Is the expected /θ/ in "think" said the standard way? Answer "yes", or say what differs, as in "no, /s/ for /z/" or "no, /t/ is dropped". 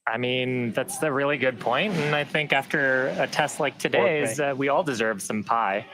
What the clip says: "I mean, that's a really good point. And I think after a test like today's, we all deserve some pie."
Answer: yes